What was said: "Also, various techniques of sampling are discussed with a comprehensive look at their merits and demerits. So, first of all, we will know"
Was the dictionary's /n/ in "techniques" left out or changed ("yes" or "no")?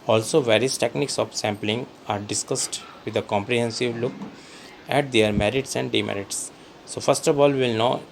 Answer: no